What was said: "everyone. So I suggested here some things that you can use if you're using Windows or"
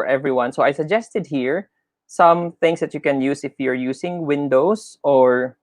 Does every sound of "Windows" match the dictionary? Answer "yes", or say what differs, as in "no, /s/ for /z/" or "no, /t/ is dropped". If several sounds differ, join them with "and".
no, /s/ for /z/